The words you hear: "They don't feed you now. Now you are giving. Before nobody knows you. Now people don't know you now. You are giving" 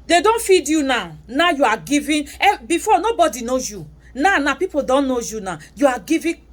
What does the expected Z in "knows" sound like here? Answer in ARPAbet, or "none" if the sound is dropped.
none